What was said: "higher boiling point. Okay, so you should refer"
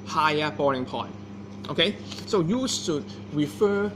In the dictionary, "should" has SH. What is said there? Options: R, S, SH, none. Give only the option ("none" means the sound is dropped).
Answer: S